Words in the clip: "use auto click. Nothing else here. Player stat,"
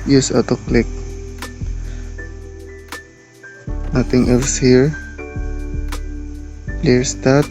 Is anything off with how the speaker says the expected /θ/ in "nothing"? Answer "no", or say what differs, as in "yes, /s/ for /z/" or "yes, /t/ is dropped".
yes, /t/ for /θ/